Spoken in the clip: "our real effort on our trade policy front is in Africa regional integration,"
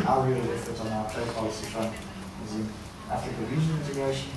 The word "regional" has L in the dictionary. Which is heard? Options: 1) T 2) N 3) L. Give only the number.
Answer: 2